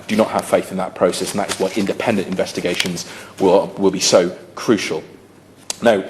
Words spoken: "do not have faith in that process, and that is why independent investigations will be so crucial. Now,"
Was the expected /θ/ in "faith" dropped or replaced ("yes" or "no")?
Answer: no